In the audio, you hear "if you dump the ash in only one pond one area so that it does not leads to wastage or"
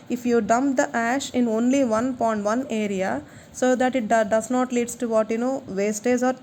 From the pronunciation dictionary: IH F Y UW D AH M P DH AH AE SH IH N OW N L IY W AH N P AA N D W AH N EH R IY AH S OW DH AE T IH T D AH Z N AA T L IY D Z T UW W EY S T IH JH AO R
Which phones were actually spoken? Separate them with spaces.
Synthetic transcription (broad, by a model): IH F Y UW D AH M P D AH AE SH IH N OW N L IY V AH N P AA N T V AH N EH R IY AH S OW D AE T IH T D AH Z N AA T L IY D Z T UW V EY S T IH Z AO R